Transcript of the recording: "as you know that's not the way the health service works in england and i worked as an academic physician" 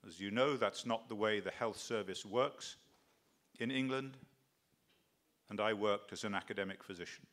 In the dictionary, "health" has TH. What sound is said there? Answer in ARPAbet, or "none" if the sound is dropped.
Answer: TH